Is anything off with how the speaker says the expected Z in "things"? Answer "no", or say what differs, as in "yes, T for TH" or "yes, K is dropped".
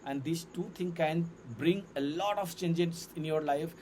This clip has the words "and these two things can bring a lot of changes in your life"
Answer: yes, Z is dropped